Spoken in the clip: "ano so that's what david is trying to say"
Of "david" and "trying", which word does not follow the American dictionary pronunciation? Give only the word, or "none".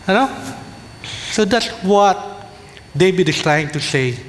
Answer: david